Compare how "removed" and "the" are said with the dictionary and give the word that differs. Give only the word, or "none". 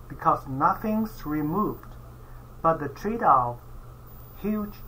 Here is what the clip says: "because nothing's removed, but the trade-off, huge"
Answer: none